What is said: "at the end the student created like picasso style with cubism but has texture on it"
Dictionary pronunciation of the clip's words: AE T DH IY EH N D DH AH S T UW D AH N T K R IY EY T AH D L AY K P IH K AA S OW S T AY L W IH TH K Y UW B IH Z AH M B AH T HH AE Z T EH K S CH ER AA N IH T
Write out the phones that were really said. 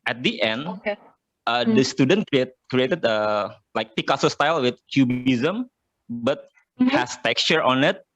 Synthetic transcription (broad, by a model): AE T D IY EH N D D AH S T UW D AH N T K R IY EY T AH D L AY K P IH K AA S OW S T AY L W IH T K Y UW B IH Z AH M B AH T HH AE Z T EH K S CH ER AA N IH T